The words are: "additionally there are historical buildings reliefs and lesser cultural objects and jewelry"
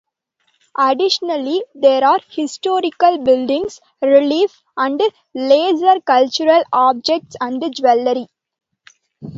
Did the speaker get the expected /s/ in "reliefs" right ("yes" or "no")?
no